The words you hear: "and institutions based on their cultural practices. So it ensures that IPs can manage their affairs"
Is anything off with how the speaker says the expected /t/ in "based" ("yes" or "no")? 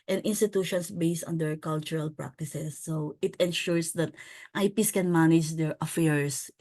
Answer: no